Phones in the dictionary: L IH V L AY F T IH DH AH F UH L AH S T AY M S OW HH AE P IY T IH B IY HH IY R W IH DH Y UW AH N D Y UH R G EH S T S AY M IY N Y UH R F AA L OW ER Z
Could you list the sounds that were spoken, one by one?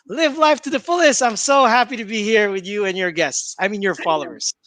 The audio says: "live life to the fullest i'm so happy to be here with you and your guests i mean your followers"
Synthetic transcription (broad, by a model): L IH V L AY F T IH DH AH F UH L AH S T AY M S OW HH AE P IY T IH B IY HH IY R W IH DH Y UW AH N Y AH R G EH S T S AY M IY N Y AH R F AA L OW ER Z